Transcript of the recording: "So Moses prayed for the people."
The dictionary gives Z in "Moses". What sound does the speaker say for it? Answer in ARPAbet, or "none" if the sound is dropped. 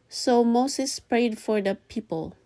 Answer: S